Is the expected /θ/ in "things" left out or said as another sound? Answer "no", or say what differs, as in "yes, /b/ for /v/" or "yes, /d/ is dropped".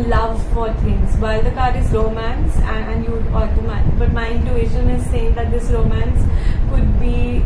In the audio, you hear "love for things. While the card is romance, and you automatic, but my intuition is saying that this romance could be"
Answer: yes, /t/ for /θ/